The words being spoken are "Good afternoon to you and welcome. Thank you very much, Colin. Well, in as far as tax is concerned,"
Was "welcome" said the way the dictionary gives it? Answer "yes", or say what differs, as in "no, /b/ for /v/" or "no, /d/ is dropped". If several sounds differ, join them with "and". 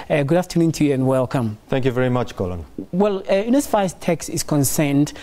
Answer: yes